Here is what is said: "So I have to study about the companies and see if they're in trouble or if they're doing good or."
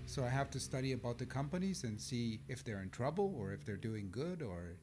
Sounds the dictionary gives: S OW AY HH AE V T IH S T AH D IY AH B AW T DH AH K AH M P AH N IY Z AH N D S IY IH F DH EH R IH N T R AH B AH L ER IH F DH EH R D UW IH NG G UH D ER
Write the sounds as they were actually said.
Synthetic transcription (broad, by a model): S OW AY HH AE F T IH S T AH D IY AH B AW T DH AH K AH M P AH N IY Z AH N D S IY IH F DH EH R IH N T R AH B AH L ER IH F DH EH R D UW IH NG G UH D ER